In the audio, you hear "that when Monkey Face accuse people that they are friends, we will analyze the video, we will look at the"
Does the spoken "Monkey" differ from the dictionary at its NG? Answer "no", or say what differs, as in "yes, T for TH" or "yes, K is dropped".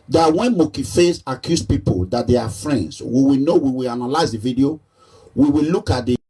yes, NG is dropped